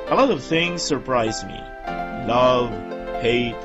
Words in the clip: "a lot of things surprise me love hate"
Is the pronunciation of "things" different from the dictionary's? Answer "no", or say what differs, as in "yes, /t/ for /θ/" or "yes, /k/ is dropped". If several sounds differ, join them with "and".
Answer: no